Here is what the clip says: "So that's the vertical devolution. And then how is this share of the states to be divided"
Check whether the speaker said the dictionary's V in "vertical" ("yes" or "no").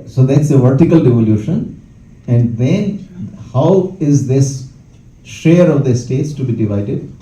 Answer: yes